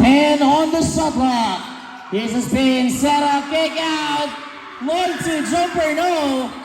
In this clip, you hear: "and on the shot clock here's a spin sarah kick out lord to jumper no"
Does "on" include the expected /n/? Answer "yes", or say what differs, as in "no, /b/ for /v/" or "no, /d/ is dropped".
yes